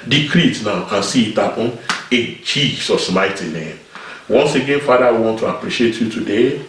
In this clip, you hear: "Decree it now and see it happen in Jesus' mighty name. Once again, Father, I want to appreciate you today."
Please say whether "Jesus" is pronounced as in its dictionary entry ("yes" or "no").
no